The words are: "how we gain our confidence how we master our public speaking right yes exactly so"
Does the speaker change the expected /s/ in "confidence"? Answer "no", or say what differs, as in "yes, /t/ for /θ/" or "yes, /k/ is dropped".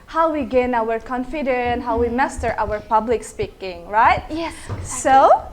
yes, /s/ is dropped